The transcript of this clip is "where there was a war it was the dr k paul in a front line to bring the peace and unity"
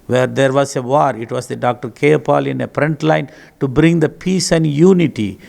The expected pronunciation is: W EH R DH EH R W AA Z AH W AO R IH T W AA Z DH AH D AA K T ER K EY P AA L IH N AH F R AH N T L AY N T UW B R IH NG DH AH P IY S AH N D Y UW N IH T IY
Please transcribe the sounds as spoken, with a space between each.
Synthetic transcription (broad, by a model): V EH R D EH R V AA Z AH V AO R IH T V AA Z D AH D AA K T ER K EY P AA L IH N AH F R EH N T L AY N T UW B R IH NG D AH P IY S AH N D Y UW N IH T IY